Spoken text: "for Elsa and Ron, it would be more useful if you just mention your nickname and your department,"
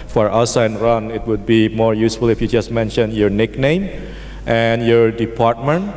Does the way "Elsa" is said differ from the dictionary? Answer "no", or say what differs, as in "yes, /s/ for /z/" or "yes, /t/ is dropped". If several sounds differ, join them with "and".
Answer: yes, /l/ is dropped